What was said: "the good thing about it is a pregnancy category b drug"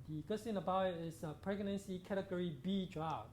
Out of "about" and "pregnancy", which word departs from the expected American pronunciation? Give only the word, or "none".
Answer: about